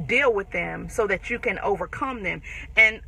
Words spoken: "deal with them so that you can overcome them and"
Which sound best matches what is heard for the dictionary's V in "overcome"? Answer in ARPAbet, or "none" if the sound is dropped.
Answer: V